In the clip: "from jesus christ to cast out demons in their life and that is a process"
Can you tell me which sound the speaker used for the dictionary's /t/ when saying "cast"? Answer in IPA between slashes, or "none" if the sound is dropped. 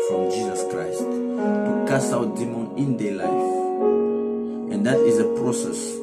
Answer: none